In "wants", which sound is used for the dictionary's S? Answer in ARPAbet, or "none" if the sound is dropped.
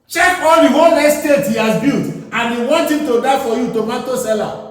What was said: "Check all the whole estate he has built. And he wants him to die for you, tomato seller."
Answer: none